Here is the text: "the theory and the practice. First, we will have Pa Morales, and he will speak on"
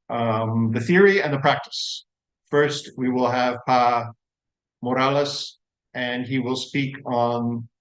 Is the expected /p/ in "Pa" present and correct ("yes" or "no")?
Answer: yes